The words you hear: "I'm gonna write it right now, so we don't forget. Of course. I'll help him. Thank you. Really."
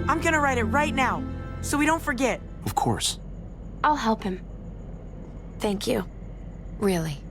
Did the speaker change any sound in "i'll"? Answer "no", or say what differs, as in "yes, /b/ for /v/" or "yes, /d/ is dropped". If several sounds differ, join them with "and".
no